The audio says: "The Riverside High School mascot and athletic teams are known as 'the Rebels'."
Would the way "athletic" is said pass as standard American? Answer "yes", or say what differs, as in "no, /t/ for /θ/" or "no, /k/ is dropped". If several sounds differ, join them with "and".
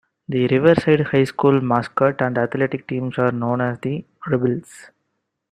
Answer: no, /t/ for /θ/